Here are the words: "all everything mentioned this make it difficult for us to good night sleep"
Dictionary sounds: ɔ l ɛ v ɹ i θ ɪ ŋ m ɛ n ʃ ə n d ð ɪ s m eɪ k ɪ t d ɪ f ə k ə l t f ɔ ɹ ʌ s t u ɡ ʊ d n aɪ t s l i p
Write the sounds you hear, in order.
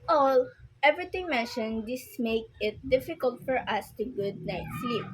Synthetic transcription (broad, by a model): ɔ l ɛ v ɹ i t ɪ ŋ m ɛ n ʃ ə n d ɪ s m eɪ k ɪ t d ɪ f ə k ə l t f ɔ ɹ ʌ s t u ɡ ʊ d n aɪ t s l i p